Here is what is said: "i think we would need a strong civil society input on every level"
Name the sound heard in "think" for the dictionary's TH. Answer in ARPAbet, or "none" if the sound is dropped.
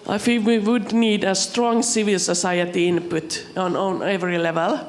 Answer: F